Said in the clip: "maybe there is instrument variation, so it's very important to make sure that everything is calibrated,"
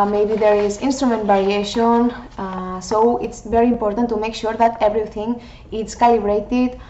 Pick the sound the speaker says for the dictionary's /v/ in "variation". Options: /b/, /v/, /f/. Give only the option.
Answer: /b/